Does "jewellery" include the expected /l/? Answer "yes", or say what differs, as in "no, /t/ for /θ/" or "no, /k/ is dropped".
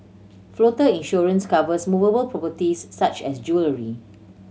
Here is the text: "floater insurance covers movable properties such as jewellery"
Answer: yes